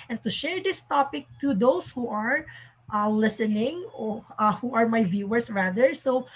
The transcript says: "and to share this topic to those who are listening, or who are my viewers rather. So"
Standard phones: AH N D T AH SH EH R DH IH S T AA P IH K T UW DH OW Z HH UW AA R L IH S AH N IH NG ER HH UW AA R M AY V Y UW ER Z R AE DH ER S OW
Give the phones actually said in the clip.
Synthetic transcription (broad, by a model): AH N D T AH SH EH R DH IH S T AA P IH K T UW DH OW S HH UW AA R L IH S AH N IH NG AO HH UW AA R M AY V Y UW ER S R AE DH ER S OW